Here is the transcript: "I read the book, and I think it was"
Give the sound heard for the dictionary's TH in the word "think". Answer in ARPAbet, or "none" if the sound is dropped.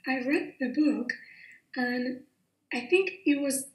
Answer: TH